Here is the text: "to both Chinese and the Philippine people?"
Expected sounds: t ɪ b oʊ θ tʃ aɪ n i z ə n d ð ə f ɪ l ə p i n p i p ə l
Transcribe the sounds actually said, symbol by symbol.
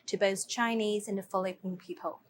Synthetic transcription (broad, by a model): t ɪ b oʊ θ tʃ aɪ n i z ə n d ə f l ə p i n p i p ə l